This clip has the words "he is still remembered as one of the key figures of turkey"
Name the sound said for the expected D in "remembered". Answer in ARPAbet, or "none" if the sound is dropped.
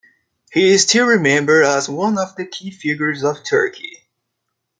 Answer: none